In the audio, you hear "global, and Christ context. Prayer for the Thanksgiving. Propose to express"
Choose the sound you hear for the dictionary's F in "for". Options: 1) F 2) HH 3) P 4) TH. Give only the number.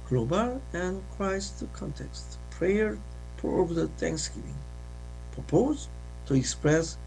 3